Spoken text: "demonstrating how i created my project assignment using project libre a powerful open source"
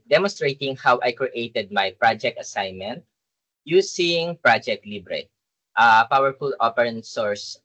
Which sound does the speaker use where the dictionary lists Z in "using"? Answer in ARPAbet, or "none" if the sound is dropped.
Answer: S